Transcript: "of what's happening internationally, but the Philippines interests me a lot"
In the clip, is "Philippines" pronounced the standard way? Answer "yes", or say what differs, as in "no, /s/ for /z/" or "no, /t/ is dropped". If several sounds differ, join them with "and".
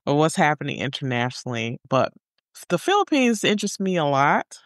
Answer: yes